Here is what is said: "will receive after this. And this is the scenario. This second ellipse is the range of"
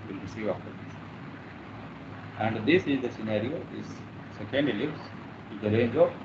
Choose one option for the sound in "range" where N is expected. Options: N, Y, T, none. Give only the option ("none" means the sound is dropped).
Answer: N